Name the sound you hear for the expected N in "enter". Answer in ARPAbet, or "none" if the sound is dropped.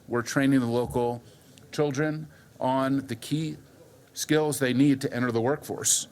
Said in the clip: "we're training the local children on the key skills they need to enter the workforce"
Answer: none